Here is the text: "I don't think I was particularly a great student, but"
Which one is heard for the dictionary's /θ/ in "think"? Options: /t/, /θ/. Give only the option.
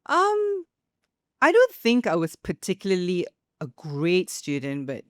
/θ/